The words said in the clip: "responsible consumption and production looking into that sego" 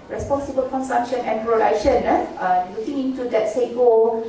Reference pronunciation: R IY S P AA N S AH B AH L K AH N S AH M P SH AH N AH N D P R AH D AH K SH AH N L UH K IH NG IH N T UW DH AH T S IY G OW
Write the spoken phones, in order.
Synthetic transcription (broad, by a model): R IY S P AA N S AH B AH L K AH N S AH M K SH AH N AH N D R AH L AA SH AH N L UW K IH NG IH N T UW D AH T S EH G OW